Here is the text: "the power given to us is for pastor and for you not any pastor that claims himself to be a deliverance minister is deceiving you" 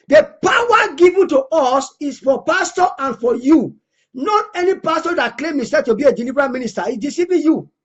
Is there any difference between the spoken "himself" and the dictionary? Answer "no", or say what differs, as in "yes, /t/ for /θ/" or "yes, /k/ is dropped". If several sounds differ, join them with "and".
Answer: yes, /m/ is dropped and /l/ is dropped